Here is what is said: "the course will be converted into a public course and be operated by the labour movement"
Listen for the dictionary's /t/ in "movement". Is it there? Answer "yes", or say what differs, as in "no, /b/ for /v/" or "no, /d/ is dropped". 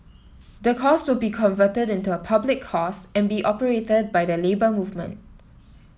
yes